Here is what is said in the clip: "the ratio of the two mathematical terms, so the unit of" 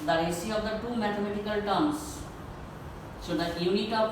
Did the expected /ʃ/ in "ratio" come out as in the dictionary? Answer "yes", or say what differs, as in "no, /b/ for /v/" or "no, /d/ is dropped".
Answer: no, /s/ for /ʃ/